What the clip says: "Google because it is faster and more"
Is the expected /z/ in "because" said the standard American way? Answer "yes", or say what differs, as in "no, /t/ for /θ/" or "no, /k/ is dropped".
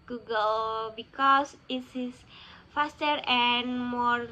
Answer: no, /s/ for /z/